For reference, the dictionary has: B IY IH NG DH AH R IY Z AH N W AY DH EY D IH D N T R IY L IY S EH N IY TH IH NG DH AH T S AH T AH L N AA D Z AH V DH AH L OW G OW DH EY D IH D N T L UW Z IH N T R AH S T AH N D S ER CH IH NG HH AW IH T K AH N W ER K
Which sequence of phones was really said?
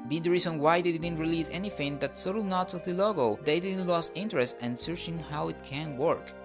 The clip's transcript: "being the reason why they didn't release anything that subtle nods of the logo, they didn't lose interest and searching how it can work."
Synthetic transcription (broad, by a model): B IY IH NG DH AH R IY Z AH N W AY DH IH D IH D N T R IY L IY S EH N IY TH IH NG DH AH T S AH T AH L N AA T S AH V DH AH L OW G OW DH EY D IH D N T L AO S IH N T R AH S T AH N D S ER CH IH NG HH AW IH T K AH N W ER K